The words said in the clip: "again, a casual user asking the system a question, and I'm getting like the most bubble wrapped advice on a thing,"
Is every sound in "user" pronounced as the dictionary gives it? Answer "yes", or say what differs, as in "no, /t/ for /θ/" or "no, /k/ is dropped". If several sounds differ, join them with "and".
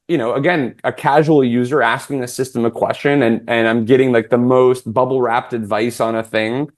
yes